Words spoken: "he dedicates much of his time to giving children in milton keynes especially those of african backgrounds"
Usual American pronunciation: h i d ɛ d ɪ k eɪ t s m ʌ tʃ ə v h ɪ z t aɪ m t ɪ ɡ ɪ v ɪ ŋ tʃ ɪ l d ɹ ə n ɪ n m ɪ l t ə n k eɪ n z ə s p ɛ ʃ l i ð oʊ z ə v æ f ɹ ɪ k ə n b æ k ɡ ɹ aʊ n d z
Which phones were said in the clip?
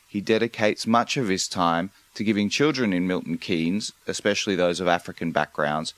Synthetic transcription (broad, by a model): h i d ɛ d ɪ k eɪ t s m ʌ tʃ ə v ɪ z t aɪ m t ɪ ɡ ɪ v ɪ ŋ tʃ ɪ l d ɹ ə n ɪ n m ɪ l t n k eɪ n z ə s p ɛ ʃ l i ð oʊ z ə v æ f ɹ ɪ k ə n b æ k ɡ ɹ aʊ n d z